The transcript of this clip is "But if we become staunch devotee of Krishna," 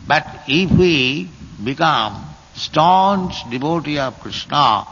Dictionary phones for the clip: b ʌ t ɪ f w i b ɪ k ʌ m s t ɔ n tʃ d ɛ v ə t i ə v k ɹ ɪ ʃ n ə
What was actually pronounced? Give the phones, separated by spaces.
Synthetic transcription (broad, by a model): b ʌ t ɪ p w i b ɪ k ʌ m s t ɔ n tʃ d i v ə t i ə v k ɹ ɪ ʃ n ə